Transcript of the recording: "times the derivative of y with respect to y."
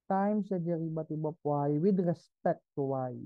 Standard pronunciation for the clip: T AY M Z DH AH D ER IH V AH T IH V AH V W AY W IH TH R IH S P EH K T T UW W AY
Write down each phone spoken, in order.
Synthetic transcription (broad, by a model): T AY M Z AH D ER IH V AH T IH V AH P W AY W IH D R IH S P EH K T T UW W AY